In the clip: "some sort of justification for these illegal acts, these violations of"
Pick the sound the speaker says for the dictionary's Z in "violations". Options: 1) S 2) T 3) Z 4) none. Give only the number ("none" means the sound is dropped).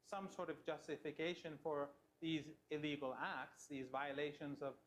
3